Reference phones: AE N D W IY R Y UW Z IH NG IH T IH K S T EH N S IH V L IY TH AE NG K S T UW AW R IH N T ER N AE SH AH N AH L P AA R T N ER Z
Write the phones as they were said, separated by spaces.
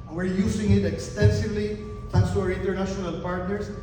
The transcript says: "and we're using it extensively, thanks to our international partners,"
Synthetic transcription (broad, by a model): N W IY R Y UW S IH NG IH T IH K S T EH N S IH V L IY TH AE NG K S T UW AW R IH N T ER N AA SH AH N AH L P AA R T N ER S